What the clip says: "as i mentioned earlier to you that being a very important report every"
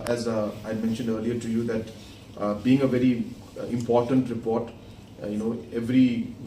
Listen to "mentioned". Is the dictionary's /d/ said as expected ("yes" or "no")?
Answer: yes